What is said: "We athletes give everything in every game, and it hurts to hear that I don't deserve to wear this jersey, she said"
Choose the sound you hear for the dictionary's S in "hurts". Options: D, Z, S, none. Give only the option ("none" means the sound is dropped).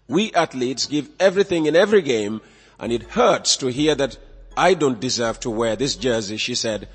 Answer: S